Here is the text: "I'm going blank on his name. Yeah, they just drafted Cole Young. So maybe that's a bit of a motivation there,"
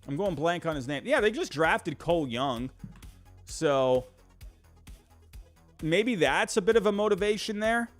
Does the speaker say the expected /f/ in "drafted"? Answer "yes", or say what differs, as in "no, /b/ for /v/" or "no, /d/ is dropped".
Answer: yes